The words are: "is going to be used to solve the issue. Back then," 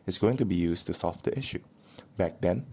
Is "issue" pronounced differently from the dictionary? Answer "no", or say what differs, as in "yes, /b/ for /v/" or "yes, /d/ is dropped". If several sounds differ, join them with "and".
no